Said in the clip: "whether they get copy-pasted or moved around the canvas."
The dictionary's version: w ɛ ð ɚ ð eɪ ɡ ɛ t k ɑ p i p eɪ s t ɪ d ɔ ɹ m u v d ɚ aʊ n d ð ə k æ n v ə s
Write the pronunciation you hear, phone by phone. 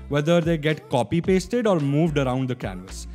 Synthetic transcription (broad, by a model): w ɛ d ɚ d eɪ ɡ ɛ t k ɑ p i p eɪ s t ɪ d ɔ ɹ m u v d ɚ aʊ n d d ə k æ n v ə s